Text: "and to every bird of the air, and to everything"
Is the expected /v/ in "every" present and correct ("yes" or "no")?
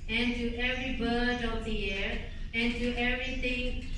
yes